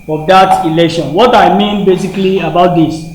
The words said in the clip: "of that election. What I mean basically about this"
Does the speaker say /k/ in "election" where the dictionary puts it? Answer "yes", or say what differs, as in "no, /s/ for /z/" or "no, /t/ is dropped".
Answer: yes